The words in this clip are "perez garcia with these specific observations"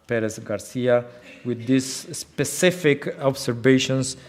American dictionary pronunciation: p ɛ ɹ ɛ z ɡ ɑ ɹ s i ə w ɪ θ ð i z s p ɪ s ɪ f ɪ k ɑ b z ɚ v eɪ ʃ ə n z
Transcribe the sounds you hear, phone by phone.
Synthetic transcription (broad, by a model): p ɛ ɹ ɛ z ɡ ɑ ɹ s i ə w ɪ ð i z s p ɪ s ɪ f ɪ k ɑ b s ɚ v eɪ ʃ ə n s